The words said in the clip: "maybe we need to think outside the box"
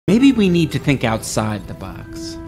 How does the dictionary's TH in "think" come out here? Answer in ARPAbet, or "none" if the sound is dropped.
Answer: TH